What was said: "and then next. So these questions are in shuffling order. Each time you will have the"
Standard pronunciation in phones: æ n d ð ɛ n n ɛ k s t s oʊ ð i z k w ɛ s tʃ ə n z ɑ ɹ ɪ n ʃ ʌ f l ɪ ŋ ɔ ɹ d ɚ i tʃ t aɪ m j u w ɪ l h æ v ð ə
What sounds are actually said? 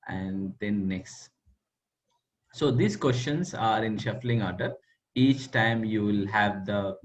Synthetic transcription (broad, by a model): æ n d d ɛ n n ɛ k s t s oʊ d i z k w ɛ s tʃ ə n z ɑ ɹ ɪ n ʃ ʌ f l ɪ ŋ ɔ ɹ d ɚ i tʃ t aɪ m j u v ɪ l h æ v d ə